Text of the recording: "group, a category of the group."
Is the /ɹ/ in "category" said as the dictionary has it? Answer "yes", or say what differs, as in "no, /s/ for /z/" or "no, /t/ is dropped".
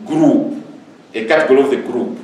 no, /l/ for /ɹ/